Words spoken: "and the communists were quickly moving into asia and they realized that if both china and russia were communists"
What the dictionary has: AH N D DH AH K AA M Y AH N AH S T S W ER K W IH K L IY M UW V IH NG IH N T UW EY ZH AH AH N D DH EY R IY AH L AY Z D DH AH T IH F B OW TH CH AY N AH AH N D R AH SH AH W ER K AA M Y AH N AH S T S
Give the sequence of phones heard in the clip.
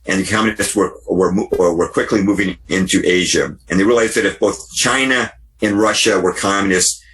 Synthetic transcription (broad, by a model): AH N DH AH K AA M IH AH AH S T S W ER K W IH K L IY M UW V IH NG IH N T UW EY ZH AH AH N DH EY R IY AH L AY Z DH AH T IH F B OW TH CH AY N AH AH N R AH SH AH W ER K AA M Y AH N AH S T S